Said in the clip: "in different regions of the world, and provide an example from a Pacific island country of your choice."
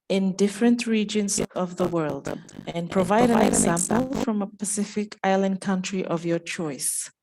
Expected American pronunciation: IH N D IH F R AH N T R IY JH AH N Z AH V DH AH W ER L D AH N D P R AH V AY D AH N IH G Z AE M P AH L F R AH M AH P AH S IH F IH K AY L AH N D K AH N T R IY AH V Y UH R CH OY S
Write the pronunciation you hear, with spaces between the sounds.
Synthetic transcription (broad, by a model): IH N D IH F R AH N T R IY JH AH N Z AH V DH AH W ER L D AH N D P R AH V AY D AH N IH G Z AE M P AH L F R AH M AH P AH S IH F IH K AY L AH N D K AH N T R IY AH V Y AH R CH OY S